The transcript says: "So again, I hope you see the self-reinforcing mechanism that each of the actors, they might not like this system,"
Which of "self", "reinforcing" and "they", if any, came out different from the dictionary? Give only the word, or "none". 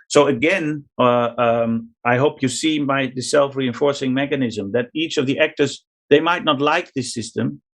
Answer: none